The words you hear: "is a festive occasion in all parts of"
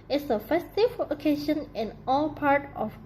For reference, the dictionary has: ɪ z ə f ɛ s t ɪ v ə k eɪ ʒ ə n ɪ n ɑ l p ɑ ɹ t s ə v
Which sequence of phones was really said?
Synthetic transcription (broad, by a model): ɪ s ə f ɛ s t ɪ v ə k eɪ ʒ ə n ɪ n ɑ l p ɑ ɹ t ə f